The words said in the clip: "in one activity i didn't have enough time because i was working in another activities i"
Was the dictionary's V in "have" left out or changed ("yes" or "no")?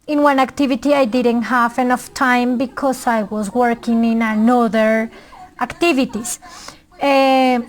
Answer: yes